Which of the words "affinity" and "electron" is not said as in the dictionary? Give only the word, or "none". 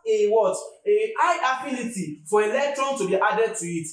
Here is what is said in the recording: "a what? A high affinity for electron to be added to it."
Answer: affinity